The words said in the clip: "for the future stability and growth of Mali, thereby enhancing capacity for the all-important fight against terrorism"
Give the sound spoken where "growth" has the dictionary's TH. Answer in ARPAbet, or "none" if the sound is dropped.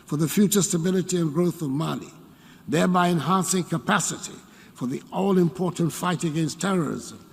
TH